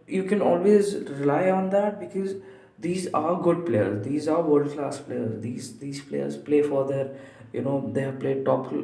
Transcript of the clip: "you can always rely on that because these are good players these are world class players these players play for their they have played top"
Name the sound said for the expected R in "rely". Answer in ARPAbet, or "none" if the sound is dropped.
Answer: R